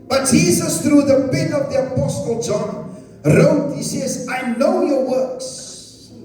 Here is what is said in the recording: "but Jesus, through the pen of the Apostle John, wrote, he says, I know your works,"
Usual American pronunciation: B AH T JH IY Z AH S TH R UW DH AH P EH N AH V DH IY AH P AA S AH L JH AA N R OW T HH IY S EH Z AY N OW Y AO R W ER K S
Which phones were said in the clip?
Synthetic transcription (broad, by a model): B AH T JH IY Z AH S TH R UW DH AH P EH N AH V DH IY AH P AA S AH L JH AA N R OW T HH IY S EH Z AY N OW Y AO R W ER K S